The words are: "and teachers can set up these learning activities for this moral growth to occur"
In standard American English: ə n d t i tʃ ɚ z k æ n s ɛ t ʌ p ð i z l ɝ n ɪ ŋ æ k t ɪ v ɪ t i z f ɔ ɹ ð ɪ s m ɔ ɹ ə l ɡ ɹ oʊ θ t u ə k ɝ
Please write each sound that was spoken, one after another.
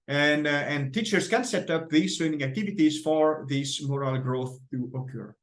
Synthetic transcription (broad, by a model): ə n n t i tʃ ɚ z k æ n s ɛ t ʌ p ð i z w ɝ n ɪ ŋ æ k t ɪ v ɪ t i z f ɔ ɹ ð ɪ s m ɔ ɹ ə l ɡ ɹ oʊ θ t u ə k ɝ